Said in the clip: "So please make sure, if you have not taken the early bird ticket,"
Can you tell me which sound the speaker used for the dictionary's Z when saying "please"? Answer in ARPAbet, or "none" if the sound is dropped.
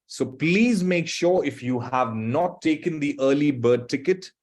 Z